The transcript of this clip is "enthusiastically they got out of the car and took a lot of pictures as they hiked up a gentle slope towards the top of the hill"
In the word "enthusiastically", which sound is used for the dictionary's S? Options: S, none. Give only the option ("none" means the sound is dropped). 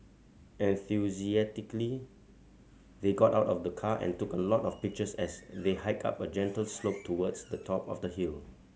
none